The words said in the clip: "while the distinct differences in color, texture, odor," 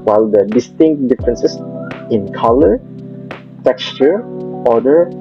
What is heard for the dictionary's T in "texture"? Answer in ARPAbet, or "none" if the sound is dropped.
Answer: T